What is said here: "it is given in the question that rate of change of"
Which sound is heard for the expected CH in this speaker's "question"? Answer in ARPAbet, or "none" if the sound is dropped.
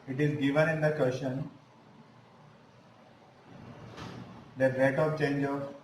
SH